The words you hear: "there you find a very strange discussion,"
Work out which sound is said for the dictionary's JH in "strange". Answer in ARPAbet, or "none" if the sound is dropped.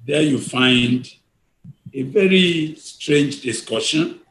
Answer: JH